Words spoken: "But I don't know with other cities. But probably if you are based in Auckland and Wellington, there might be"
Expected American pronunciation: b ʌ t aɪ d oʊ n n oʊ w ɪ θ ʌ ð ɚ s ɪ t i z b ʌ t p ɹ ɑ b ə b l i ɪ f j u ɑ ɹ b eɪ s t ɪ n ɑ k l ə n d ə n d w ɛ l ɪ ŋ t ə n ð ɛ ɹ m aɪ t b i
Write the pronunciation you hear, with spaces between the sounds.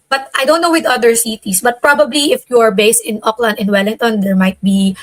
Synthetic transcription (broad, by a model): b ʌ t aɪ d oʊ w n oʊ w ɪ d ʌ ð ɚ s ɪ t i s b ʌ t p ɹ ɑ b ə b l i ɪ f j u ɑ ɹ b eɪ s t ɪ n ɑ k l ə n d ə n w ɛ l ɪ ŋ t ə n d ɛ ɹ m aɪ t b i